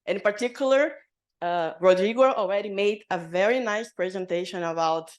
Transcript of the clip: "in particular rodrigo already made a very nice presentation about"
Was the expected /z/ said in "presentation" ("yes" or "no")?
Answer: yes